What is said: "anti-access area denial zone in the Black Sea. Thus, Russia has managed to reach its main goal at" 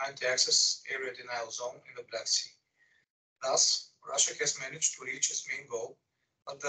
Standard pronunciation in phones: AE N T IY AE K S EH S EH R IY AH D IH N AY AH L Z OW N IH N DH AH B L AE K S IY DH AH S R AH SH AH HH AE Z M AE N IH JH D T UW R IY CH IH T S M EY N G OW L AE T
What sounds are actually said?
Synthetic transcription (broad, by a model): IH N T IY AE K S EH S EH R IY AH D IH N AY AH L Z OW N IH N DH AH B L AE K S IY DH AH S R AH SH AH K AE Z M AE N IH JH T UW R IY CH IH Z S M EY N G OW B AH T